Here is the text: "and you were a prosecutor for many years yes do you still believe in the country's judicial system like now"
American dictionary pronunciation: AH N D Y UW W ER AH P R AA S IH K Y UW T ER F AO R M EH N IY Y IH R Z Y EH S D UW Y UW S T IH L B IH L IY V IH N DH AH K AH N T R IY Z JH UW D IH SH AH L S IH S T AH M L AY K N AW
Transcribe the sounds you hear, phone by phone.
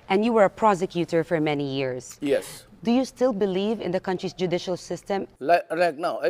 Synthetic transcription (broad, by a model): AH N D Y UW W ER AH P R AA S IH K Y UW T ER F AO R M EH N IY Y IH R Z Y EH S D UW Y UW S T IH L B IH L IY V IH N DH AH K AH N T R IY S JH UW D IH SH AH L S IH S T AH M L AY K N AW